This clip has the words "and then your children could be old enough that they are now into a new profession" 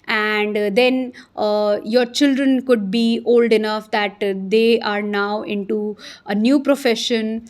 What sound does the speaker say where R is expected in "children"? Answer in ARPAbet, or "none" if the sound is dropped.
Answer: R